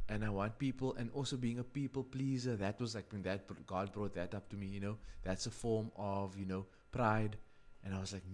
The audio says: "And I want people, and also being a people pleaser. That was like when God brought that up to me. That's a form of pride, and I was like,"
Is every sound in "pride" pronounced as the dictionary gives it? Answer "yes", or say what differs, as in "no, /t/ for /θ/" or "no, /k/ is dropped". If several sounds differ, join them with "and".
yes